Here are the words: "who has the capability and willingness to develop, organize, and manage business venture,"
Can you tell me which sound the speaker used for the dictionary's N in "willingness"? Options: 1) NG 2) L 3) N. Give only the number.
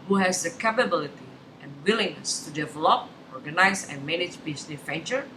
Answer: 3